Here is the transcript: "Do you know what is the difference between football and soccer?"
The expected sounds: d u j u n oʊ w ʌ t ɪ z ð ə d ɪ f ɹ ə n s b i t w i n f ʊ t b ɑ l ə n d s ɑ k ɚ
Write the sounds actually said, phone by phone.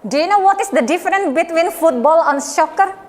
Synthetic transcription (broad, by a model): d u j u n oʊ w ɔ t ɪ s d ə d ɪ f ɹ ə n b i t w i n f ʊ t b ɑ l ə n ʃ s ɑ k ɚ